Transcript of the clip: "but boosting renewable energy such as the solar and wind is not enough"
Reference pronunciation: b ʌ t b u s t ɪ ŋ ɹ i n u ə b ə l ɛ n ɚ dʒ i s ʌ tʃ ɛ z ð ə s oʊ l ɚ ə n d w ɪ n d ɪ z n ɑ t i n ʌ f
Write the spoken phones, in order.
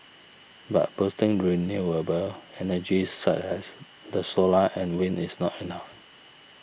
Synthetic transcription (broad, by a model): b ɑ t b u s t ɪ ŋ ɹ i n u ə b ə l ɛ n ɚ dʒ i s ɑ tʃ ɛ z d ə s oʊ l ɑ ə n w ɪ n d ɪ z n ɑ t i n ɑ f